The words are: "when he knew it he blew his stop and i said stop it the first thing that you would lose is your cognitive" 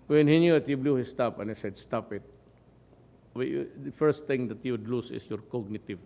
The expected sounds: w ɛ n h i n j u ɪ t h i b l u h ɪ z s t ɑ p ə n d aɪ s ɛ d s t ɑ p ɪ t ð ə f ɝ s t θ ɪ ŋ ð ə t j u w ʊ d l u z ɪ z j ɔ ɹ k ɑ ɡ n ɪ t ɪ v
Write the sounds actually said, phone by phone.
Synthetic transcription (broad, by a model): w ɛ n h i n j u ɪ t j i b l u h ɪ s t ɑ p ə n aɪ s ɛ d s t ɑ p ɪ t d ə f ɝ s t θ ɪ ŋ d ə t j u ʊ d l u s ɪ s j ɔ ɹ k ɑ ɡ n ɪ t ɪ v